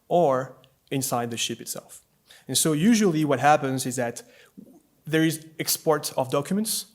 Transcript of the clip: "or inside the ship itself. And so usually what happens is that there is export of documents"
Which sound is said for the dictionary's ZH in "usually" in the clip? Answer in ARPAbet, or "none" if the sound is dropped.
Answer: ZH